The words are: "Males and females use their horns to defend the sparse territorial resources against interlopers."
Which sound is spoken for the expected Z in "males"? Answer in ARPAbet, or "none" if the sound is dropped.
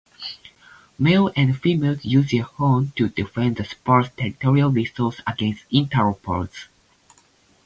none